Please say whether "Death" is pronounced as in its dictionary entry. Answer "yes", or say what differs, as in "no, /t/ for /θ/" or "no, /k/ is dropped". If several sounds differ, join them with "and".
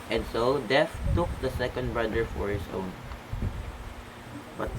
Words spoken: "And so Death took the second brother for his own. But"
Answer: no, /f/ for /θ/